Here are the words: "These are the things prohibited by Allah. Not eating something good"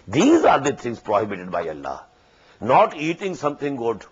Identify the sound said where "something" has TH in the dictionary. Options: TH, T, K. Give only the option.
T